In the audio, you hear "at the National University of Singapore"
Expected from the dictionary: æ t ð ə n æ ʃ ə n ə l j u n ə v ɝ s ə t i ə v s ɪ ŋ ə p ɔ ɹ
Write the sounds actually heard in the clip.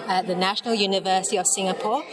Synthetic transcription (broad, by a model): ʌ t ð ə n æ ʃ ə n ə l j u n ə v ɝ s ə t i ə v s ɪ ŋ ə p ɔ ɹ